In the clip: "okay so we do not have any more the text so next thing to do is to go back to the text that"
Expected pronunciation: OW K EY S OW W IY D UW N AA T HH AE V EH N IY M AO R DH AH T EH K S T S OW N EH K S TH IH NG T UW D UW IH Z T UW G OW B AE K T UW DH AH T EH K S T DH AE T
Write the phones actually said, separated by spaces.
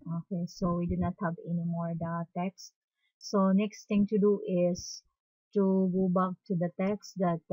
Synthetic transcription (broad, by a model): OW K EY S OW W IY D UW N AA T HH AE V EH N IY M AO R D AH T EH K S S OW N EH K S T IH NG T UW D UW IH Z T UW G OW B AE K T UW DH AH T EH K S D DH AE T